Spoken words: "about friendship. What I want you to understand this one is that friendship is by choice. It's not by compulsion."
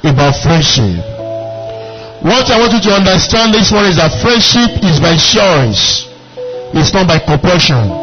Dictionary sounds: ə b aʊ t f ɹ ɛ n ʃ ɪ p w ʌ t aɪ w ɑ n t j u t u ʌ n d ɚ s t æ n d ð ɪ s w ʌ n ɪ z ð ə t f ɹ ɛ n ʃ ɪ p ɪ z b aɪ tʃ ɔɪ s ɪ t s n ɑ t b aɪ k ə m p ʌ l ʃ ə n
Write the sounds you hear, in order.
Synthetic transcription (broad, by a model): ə b aʊ t f ɹ ɛ n ʃ ɪ p w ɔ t aɪ w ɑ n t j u t u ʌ n d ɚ s t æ n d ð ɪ s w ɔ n ɪ z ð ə t f ɹ ɛ n ʃ ɪ p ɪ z b aɪ ʃ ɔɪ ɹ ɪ s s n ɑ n b aɪ k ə m p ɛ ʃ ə n